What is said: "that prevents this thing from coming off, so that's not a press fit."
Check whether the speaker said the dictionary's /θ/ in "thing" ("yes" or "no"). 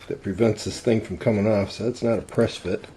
yes